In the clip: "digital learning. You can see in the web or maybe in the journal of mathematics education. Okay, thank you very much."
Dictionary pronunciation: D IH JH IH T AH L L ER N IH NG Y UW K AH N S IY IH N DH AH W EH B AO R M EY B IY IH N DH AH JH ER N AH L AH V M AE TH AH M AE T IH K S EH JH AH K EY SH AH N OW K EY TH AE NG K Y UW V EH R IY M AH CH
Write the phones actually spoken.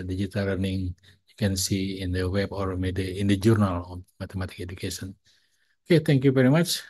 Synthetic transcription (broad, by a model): D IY JH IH T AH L L ER N IH NG Y UW K AH N S IY IH N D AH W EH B AO R M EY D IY IH N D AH JH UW N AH L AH M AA T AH M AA T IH K EH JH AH K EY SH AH N OW K EY T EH NG K Y UW V EH R IY M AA CH